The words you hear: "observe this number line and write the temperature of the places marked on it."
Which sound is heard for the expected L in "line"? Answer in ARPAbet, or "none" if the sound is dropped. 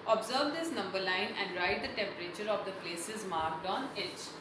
L